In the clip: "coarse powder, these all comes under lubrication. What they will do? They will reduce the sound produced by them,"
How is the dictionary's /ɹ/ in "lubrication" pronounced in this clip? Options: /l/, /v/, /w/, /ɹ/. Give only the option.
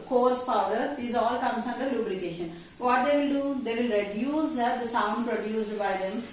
/l/